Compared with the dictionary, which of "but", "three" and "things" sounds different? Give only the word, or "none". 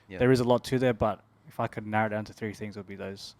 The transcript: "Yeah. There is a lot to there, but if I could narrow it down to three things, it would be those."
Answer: none